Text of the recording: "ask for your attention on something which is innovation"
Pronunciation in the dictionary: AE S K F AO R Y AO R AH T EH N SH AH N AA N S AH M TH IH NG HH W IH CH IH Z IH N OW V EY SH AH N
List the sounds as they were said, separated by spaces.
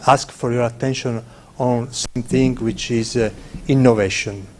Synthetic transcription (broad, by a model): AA S K F AO R Y AO R AH T EH N SH AH N AA N S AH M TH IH NG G W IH CH IH Z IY N OW V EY SH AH N